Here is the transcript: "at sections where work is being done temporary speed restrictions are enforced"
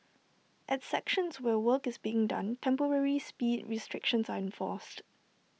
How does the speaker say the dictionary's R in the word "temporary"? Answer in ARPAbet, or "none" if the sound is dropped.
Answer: R